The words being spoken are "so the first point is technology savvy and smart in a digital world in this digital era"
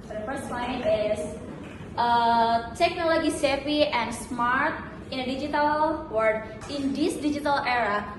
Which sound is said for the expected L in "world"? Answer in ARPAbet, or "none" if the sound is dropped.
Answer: none